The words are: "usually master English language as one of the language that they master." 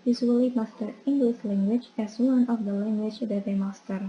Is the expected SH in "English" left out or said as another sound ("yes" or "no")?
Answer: yes